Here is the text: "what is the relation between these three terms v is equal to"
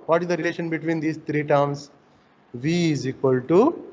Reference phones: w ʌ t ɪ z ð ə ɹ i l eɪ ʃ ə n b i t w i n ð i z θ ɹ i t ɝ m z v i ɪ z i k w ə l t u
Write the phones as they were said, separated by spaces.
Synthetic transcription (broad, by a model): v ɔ t ɪ z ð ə ɹ i l eɪ ʃ ə n b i t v i n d i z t ɹ i t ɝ m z v i ɪ z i k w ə l t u